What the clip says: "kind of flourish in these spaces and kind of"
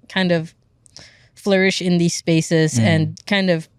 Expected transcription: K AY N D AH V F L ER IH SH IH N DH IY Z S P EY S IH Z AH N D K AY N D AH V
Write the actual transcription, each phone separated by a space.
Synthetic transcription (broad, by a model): K AY N D AH V F L ER IH SH IH N DH IY Z S P EY S IH Z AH N K AY N D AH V